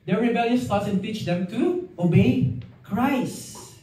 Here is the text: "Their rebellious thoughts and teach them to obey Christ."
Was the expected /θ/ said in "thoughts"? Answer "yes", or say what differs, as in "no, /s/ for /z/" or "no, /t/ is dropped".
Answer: no, /t/ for /θ/